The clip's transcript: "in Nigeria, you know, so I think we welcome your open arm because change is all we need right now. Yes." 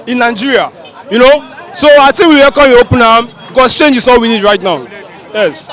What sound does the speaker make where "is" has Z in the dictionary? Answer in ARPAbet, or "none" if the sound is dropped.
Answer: S